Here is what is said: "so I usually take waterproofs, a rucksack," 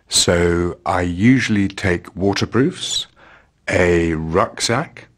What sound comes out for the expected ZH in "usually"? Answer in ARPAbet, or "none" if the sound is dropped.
ZH